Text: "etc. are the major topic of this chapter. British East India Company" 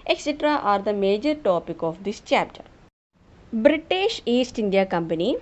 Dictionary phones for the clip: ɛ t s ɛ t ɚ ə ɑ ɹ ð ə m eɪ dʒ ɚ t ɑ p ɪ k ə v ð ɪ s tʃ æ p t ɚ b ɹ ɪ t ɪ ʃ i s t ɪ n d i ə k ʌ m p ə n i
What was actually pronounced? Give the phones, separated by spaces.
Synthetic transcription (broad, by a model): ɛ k s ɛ t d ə ɑ ɹ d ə m eɪ dʒ ɚ t ɑ p ɪ k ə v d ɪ s tʃ æ p t ɚ b ɹ ɪ t ɪ ʃ i s t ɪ n d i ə k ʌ m p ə n i